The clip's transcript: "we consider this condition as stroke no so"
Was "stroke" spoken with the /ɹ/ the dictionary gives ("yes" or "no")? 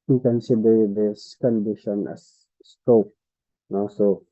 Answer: no